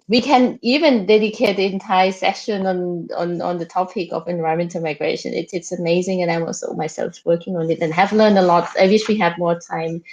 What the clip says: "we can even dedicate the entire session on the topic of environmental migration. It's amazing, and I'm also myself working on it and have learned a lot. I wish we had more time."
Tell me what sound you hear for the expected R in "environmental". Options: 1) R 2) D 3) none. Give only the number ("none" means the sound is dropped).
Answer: 3